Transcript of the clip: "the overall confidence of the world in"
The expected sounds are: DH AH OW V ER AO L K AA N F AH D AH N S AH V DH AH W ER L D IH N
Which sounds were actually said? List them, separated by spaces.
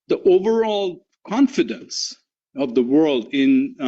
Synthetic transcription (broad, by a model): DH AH OW V ER AO L K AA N F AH D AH N S AH V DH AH W ER L D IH N